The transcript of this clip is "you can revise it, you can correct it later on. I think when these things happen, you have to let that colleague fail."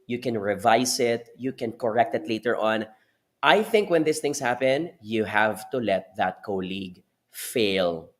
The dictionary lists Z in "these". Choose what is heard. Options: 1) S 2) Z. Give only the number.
1